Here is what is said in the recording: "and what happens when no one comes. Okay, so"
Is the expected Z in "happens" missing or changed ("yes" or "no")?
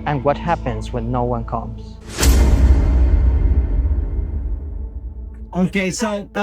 no